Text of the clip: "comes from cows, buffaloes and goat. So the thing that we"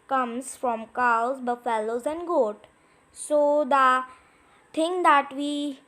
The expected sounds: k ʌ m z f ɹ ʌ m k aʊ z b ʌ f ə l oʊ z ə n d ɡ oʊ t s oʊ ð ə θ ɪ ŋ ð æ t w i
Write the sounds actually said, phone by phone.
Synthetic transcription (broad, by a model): k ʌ m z f ɹ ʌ m k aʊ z b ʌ f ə l oʊ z ə n d ɡ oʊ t s oʊ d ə t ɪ ŋ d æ t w i